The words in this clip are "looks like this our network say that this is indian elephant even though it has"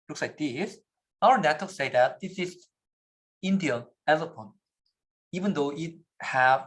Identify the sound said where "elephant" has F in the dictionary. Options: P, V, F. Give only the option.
P